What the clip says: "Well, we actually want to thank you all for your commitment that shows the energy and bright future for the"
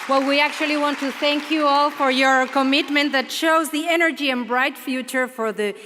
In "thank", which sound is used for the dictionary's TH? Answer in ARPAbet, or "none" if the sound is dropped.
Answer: TH